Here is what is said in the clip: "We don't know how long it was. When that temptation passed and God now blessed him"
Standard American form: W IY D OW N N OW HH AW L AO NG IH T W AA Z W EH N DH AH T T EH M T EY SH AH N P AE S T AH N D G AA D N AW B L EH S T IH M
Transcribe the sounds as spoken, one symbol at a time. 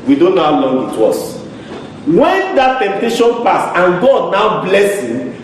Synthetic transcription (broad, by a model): W IY D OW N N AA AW L AO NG IH T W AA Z W EH N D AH T T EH M T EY SH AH N P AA S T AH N G AA D N AW B L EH S IH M